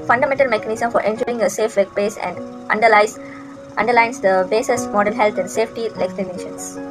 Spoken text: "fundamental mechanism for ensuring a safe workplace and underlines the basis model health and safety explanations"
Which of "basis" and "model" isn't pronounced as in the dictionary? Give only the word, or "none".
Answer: model